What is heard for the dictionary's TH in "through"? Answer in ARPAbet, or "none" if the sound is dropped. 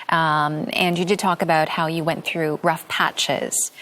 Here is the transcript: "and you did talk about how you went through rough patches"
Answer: TH